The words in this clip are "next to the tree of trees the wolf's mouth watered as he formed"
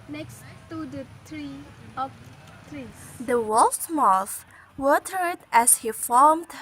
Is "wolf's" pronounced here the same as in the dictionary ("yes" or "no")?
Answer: no